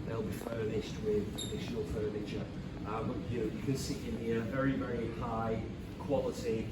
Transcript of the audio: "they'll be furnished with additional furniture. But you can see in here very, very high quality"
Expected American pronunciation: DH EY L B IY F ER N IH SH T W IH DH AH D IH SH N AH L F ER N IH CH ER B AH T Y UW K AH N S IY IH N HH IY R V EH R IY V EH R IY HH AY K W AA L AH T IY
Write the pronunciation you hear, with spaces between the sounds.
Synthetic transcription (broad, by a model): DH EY L B IY F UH N IH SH T W IH DH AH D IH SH AH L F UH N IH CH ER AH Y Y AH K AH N S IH IH N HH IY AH V EH R IY V EH R IY HH AY K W AA L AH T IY